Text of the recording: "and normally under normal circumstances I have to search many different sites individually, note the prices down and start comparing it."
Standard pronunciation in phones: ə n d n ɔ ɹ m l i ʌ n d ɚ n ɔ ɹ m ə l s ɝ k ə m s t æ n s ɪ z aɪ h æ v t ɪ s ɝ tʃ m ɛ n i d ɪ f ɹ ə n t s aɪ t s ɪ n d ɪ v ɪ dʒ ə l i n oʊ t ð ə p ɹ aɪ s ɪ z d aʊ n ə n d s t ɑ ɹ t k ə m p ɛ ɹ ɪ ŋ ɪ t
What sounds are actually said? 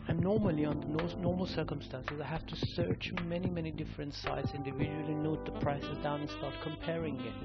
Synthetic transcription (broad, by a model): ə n n ɔ ɹ m l i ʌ n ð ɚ n ɔ ɹ m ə l s ɝ k ə m s t æ n s ɪ z aɪ h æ f t ɪ s ɝ tʃ m ɛ n i d ɪ f ɹ ə n t s aɪ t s ɪ n d ɪ v ɪ dʒ ə l i n oʊ t ð ə p ɹ aɪ s ɪ z d aʊ n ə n s t ɑ ɹ t k ə m p ɛ ɹ ɪ ŋ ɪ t